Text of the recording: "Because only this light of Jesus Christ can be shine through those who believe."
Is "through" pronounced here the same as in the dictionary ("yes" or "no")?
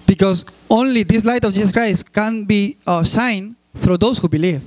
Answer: no